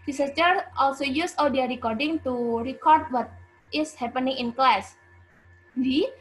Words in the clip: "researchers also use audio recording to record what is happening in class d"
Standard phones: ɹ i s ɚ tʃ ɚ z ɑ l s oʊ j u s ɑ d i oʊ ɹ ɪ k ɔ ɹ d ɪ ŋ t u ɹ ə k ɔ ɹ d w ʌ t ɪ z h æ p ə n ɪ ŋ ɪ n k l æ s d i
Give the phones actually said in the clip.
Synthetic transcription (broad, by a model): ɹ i s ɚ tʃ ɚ ɑ l s oʊ j u s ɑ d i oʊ ɹ ɪ k ɔ ɹ d ɪ ŋ t u ɹ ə k ɔ ɹ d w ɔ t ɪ s h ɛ p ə n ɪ ŋ ɪ n k l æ s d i